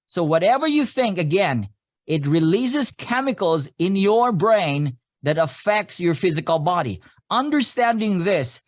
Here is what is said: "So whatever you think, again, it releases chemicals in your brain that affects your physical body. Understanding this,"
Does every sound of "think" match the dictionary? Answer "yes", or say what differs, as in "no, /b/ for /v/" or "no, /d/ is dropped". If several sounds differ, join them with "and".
yes